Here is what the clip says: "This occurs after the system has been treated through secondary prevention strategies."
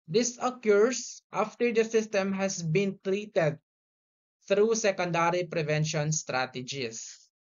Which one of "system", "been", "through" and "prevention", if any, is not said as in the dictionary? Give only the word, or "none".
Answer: through